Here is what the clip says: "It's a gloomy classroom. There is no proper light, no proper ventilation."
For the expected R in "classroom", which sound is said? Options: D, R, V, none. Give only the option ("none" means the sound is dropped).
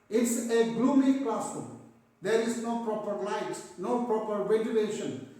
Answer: none